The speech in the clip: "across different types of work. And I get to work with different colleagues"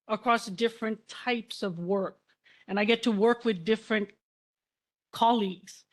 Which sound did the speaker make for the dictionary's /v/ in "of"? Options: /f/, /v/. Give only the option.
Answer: /v/